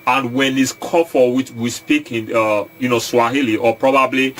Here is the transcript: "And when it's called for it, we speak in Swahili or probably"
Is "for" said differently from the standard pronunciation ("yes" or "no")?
yes